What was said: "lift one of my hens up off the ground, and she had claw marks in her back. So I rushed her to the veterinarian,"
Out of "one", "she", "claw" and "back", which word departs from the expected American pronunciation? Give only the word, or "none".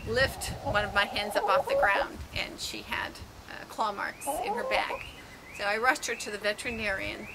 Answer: none